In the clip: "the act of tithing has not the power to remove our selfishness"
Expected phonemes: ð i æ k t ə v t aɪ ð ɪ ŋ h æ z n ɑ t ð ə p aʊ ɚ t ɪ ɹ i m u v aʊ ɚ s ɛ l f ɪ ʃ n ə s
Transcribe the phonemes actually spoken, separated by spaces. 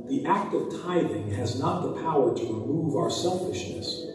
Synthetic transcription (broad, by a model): ð i æ k t ə v t aɪ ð ɪ ŋ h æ z n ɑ t ð ə p aʊ ɚ t ɪ ɹ i m u v aʊ ɚ s ɛ l f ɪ ʃ n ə s